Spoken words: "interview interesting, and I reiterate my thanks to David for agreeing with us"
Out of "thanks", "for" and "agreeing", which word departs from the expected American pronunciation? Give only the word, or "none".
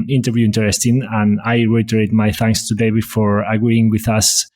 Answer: none